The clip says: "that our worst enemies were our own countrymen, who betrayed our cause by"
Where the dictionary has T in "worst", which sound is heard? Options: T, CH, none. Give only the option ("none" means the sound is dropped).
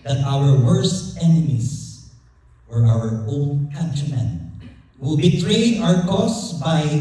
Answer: T